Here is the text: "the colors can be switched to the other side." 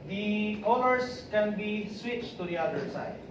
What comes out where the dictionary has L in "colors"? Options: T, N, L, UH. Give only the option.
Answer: N